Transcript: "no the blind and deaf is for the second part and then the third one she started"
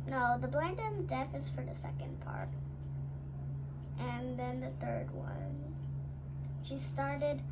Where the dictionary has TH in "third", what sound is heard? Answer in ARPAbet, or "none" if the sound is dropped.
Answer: TH